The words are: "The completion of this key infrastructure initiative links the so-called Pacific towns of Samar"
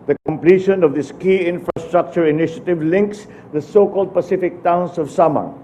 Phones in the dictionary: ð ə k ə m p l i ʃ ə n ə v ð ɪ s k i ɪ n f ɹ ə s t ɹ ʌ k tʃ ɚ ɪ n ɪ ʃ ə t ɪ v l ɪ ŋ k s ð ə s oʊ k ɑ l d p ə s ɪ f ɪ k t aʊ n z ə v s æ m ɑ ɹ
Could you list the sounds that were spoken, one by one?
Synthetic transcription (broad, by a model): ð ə k ə m p l i ʃ ə n ə v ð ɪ s k i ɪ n f ɹ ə s t ɹ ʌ k tʃ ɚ ɪ n ɪ ʃ ə t ɪ v l ɪ ŋ k s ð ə s oʊ k ɑ l d p ə s ɪ f ɪ k t aʊ n s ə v s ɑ m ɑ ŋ